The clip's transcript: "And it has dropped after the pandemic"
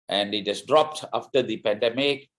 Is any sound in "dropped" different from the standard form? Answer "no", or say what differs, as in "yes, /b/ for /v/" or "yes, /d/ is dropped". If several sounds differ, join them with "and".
no